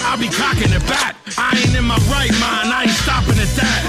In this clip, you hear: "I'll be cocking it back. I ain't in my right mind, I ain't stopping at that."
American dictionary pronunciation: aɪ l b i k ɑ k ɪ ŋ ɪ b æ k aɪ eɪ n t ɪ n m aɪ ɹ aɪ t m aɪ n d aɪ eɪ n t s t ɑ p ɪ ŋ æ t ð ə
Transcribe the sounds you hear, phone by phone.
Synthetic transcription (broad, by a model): aɪ l b i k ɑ k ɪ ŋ ɪ b æ k aɪ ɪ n ɪ n m aɪ ɹ aɪ t m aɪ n aɪ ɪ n s t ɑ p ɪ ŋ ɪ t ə